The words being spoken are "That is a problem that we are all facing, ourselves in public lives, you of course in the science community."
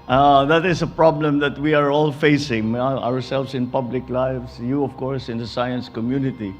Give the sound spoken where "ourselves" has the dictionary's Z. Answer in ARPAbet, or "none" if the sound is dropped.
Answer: S